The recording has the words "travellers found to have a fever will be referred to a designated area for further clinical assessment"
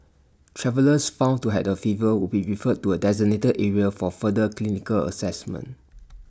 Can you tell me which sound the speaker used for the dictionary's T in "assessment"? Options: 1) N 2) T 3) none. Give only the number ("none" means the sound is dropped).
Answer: 2